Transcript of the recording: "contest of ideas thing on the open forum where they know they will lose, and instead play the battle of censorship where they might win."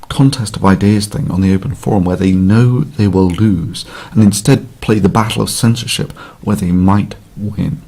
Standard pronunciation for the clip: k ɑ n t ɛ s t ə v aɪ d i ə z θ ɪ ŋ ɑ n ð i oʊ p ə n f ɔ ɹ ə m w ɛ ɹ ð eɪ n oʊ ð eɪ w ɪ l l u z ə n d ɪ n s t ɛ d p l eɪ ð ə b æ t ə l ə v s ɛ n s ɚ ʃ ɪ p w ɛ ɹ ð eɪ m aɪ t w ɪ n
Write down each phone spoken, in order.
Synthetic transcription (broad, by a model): k ɑ n t ɛ s t ə v aɪ d i ə z θ ɪ ŋ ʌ n ð i oʊ p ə n f ɔ ɹ ə m w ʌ ɹ ð eɪ n oʊ ð eɪ w ɪ l l u z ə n ɪ n s t ɛ d p l eɪ ð ə b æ t l ə v s ɛ n s ɚ ʃ ɪ p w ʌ ɹ ð eɪ m aɪ t w ɪ n